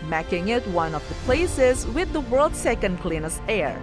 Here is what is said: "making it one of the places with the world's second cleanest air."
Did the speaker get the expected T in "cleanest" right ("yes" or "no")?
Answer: no